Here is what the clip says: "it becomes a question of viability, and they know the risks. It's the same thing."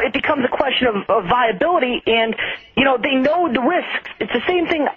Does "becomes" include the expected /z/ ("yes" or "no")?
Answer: yes